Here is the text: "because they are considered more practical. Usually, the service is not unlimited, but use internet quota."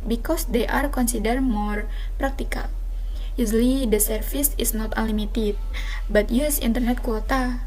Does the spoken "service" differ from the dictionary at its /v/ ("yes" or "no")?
yes